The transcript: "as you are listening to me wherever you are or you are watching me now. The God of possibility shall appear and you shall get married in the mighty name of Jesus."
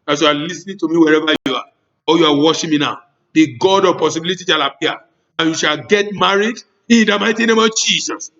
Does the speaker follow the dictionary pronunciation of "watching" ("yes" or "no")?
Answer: no